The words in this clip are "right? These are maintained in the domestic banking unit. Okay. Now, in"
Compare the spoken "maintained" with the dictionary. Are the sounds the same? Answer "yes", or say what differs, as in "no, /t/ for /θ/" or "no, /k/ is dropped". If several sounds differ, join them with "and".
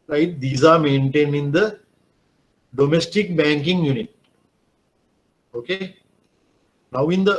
no, /d/ is dropped